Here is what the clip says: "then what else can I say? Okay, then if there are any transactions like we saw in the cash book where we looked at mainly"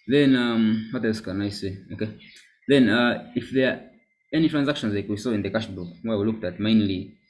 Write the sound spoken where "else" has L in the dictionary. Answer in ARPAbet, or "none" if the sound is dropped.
none